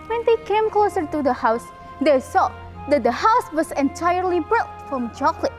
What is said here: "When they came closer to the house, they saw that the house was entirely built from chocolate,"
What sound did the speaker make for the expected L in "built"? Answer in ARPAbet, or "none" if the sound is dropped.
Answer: none